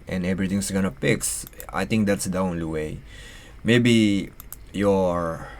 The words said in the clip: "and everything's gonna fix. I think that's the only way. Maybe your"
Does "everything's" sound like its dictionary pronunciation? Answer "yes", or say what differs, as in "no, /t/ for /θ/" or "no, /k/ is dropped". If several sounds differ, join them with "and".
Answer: no, /t/ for /θ/ and /s/ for /z/